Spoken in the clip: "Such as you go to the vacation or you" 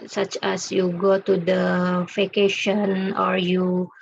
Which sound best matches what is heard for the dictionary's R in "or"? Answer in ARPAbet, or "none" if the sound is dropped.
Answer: R